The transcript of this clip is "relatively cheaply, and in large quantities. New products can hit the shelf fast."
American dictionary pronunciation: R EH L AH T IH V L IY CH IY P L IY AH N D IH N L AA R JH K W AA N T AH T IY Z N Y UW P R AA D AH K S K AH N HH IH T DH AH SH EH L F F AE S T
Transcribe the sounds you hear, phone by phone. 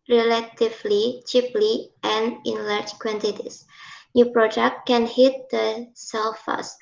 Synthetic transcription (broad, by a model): R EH L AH T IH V L IY CH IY P L IY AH N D IH N L AA R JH K W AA N T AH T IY S N Y UW P R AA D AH K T K AH N HH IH T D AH S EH L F F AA S T